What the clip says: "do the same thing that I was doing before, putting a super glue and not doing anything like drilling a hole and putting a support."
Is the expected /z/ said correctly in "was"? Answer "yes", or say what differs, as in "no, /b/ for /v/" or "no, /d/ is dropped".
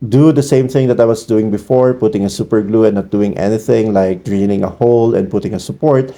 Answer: no, /s/ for /z/